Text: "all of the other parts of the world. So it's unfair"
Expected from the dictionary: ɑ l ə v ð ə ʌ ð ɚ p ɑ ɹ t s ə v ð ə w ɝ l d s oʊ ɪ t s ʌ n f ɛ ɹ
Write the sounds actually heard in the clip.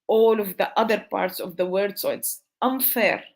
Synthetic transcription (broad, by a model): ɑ l ə v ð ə ʌ ð ɚ p ɑ ɹ t s ə v ð ə w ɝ d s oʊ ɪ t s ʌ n f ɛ ɹ